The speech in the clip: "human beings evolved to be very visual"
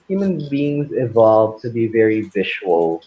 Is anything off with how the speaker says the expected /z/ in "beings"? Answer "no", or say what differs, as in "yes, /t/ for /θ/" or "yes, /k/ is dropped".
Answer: no